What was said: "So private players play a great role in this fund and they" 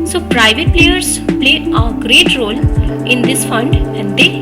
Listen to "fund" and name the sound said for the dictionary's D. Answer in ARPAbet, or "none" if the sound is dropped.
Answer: D